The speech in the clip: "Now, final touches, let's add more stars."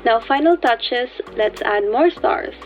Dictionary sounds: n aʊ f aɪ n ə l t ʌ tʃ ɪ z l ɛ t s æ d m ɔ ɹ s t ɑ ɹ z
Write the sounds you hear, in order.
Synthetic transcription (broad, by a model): n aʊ f aɪ n ə l t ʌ tʃ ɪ s l ɛ t s æ d m ɔ ɹ s t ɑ ɹ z